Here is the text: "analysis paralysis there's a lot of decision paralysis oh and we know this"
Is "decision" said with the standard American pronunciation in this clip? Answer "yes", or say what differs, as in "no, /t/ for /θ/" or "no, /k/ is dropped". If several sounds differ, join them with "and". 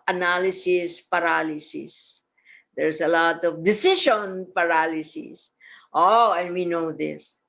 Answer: no, /ʃ/ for /ʒ/